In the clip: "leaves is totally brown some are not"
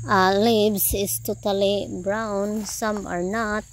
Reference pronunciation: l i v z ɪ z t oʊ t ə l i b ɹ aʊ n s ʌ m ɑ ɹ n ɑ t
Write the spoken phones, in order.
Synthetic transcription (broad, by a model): l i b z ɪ s t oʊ t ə l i b ɹ aʊ n s ʌ m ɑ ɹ n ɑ t